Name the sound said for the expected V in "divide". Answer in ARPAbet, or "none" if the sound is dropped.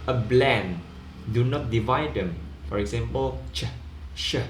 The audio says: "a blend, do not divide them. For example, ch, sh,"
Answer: V